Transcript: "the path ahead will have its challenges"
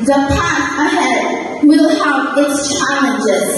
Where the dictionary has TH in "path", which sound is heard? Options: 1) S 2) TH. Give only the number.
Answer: 1